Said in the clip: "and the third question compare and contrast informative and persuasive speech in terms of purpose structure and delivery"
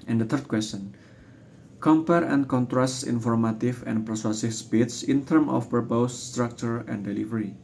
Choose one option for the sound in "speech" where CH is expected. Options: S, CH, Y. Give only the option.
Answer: S